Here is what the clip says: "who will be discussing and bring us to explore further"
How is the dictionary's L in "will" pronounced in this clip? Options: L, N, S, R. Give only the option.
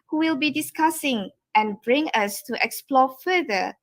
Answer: L